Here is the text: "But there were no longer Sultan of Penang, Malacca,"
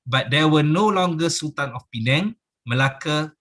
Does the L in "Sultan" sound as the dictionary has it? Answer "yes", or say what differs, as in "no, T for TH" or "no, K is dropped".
no, L is dropped